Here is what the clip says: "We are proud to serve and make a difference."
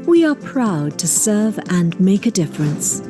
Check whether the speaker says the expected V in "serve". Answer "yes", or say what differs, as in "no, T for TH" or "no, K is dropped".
yes